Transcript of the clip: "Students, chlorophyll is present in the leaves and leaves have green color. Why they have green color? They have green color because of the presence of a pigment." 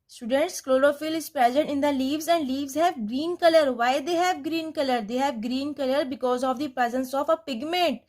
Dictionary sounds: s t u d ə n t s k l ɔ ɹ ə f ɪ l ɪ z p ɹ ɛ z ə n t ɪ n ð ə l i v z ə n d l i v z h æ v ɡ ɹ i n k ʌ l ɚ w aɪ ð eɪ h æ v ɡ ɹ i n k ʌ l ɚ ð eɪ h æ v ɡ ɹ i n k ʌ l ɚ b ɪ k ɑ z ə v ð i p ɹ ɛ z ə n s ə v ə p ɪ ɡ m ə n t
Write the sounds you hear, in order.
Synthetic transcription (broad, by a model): s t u d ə n t s k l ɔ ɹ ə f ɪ l ɪ z p ɹ ɛ z ə n t ɪ n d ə l i v z ə n d l i v z h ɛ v ɡ ɹ i n k ʌ l ɚ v aɪ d eɪ h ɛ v ɡ ɹ i n k ʌ l ɚ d eɪ h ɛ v ɡ ɹ i n k ʌ l ɚ b ɪ k ɑ z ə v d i p ɹ ɛ z ə n s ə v ə p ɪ ɡ m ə n t